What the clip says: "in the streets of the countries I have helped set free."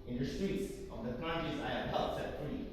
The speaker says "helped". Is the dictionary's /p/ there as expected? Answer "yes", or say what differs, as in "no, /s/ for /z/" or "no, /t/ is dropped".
no, /p/ is dropped